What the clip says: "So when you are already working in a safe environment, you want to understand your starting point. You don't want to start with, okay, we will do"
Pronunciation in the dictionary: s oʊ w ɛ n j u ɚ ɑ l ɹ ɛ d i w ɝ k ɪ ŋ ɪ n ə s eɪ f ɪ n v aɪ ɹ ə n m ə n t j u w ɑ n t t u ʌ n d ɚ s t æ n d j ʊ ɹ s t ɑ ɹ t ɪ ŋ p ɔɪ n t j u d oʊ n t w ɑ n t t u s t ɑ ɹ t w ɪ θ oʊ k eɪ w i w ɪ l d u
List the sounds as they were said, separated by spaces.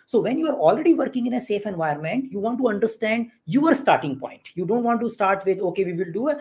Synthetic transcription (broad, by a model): s oʊ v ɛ n j u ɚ ɑ l ɹ ɛ d i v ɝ k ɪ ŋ ɪ n ə s eɪ f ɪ n v aɪ ə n m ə n t j u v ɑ n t t u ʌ n d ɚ s t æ n d j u ɹ s t ɑ ɹ t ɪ ŋ p ɔɪ n t j u d oʊ n t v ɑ n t t u s t ɑ ɹ t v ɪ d oʊ k eɪ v i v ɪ l d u